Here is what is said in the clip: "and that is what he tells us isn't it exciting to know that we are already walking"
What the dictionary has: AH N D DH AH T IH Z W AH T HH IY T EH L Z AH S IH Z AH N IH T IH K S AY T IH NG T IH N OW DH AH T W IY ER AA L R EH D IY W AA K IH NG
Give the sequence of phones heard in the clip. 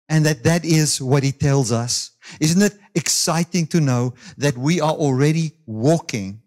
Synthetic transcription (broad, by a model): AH N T DH AH T IH Z W AH T HH IY T EH L Z AH S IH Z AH N IH T IH K S AY T IH NG T IH N OW DH AH T W IY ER AA L R EH D IY W AA K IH NG